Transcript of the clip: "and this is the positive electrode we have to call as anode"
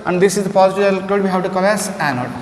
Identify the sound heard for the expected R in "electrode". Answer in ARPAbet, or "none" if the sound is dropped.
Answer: none